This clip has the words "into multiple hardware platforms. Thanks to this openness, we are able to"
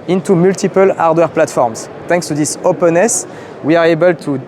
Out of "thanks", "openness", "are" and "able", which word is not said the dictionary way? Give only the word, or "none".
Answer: thanks